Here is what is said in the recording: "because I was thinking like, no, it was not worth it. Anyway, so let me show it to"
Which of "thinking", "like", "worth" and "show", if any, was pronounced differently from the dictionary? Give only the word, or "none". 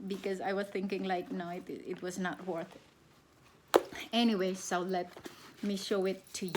none